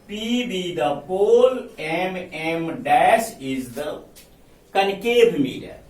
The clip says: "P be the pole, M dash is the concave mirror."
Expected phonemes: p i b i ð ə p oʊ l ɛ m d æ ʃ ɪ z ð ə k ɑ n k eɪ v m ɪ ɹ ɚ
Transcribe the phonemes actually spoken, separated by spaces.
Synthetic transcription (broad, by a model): p i b i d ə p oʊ l ɛ m d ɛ s ɪ z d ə k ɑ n k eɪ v m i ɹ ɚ